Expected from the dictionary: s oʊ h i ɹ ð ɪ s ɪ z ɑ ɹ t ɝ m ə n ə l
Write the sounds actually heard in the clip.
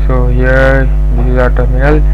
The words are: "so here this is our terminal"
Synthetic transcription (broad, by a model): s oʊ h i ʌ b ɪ ɪ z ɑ t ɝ m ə n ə l